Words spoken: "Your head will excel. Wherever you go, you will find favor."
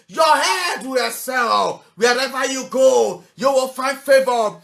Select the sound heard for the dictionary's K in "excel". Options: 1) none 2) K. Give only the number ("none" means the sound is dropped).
1